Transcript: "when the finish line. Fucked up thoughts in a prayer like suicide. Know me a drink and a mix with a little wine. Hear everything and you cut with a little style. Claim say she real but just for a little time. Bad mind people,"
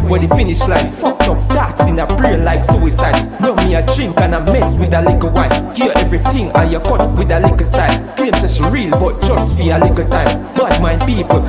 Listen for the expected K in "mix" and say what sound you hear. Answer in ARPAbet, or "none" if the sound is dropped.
none